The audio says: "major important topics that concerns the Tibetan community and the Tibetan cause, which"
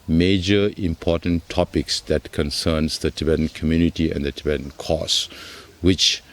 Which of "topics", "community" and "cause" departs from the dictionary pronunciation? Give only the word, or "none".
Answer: cause